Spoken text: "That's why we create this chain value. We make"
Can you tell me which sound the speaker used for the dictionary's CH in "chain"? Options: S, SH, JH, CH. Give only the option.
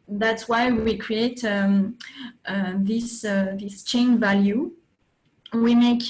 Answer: CH